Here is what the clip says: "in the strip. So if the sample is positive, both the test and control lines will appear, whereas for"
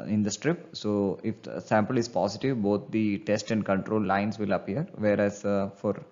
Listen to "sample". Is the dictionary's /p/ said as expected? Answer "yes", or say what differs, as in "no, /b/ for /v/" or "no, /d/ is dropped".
yes